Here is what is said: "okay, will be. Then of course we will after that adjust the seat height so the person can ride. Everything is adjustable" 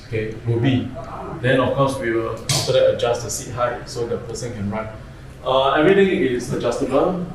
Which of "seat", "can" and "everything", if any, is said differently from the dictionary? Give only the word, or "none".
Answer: everything